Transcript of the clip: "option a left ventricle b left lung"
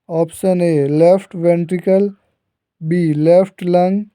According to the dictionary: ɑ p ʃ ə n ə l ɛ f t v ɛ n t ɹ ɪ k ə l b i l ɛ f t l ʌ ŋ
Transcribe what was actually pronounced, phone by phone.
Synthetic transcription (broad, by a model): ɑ p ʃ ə n ə l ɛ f t v ɛ n t ɹ ɪ k ə l b i l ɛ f t l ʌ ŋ